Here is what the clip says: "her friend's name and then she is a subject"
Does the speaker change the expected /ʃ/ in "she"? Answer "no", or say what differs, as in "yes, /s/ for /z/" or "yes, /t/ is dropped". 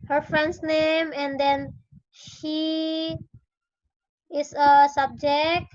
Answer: no